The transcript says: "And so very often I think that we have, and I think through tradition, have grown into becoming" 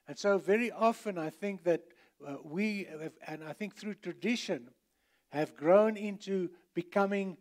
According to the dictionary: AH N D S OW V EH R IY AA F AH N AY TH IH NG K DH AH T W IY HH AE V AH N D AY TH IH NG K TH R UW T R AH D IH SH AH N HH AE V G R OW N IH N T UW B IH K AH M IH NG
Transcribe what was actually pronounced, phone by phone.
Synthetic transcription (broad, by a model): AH N S OW V EH R IY AA F AH N AY TH IH NG K DH AH T W IY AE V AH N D AY TH IH NG K TH R UW T R AH D IH SH AH N HH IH V G R OW N IH N T UW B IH K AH M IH NG